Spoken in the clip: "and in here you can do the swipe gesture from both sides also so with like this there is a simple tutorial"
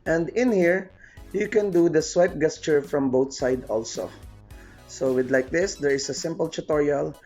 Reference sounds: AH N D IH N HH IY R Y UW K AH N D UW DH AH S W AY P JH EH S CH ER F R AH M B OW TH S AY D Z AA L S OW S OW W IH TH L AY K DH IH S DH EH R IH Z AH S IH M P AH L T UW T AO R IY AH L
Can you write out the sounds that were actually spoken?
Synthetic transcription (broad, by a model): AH N D IH N HH IY R Y UW K AH N D UW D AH S W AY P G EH S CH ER F R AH M B OW T S AY D AA L S OW S OW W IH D L AY K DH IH S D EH R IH S AH S IH M P AH L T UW T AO R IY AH L